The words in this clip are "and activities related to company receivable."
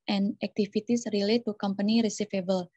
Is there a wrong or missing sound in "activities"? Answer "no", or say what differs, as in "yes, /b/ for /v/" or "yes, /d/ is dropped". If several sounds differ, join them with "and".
yes, /f/ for /v/ and /s/ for /z/